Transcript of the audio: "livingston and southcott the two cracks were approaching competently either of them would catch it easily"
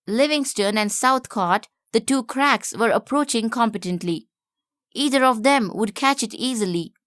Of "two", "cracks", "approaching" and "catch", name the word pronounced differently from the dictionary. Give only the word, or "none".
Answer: none